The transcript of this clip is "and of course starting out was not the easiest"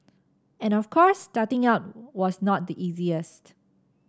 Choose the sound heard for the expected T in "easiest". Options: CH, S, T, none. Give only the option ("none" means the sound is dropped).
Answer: T